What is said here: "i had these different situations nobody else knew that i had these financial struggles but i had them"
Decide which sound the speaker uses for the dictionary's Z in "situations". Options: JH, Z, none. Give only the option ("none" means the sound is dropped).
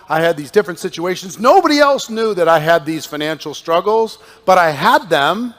Z